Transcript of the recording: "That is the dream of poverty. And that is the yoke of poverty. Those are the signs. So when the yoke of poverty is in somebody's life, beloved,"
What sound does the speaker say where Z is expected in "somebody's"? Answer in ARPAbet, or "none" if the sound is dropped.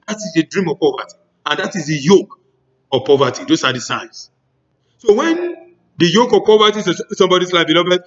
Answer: S